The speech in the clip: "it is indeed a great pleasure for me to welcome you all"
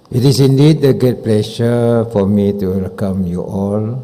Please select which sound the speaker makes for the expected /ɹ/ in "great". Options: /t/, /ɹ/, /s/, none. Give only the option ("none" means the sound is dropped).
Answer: none